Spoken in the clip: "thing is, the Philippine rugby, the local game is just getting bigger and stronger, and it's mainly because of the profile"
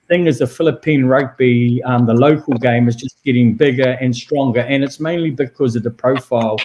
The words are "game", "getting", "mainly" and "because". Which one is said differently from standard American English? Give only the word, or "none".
none